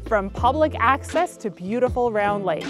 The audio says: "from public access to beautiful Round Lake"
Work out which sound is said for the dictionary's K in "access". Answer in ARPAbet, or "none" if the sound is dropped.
K